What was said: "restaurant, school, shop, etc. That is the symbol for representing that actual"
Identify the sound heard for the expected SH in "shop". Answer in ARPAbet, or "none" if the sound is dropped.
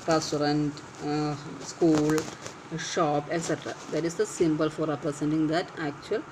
SH